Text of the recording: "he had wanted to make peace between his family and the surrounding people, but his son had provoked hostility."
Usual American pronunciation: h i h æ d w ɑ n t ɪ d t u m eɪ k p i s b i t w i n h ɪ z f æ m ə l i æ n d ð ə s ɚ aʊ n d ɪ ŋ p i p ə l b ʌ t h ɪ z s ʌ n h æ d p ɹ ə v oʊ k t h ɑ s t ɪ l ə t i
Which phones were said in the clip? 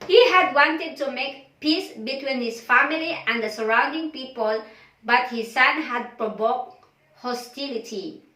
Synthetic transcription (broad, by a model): h i h æ d w ɑ n t ɪ d t u m eɪ k p i s b i t w i n h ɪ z f æ m ə l i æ n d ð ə s ɚ aʊ n d ɪ ŋ p i p ə l b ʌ t h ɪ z s ʌ n h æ d p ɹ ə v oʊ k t h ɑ s t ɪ l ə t i